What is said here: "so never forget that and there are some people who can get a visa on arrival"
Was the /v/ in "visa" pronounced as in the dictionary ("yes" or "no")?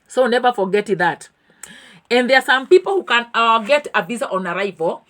no